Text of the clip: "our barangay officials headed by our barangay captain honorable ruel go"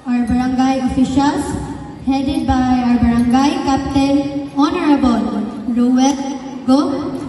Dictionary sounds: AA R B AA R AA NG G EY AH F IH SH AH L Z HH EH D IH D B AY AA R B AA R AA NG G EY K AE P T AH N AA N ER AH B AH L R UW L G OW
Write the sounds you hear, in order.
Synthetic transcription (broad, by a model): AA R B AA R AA NG G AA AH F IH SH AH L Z HH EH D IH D B AY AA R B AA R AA NG G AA K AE P T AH L AA N ER AH B AH L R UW W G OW